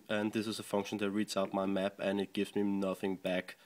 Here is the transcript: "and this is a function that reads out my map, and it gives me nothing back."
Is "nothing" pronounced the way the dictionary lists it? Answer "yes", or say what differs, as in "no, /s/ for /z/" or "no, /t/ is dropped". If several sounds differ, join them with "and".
yes